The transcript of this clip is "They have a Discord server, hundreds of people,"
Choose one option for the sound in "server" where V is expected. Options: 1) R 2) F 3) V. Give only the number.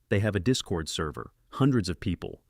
3